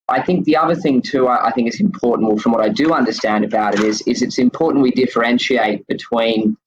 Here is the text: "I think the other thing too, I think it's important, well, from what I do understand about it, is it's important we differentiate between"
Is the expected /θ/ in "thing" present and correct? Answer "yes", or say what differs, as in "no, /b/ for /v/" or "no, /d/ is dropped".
yes